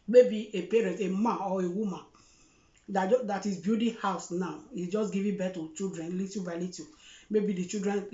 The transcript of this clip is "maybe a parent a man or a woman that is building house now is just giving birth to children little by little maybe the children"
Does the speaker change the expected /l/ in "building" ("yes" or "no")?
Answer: yes